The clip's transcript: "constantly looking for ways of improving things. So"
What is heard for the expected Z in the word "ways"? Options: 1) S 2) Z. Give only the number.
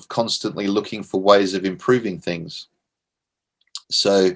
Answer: 2